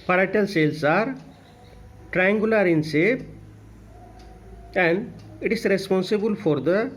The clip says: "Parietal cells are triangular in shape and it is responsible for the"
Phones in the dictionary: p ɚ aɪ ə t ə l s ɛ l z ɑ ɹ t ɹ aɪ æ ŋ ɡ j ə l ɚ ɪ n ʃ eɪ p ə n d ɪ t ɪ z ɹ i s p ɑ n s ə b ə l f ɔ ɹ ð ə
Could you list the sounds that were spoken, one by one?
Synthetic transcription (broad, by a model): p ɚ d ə t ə l s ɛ l s ɑ ɹ t ɹ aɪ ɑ ŋ ɡ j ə l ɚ ɪ n s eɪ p ə n d ɪ t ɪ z ɹ i s p ɑ n s ə b ə l f ɔ ɹ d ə